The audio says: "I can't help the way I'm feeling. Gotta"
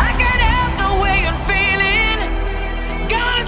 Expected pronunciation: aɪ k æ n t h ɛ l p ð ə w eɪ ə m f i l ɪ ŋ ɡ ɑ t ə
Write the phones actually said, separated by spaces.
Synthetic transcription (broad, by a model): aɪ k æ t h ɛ p ð ə w eɪ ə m f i l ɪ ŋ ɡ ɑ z